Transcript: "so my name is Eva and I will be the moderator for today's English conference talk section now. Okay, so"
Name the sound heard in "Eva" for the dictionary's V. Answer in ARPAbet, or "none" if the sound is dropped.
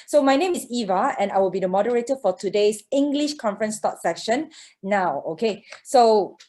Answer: V